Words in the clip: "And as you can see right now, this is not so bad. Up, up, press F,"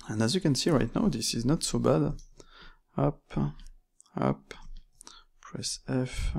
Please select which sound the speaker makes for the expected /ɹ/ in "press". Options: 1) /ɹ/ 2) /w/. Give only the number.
1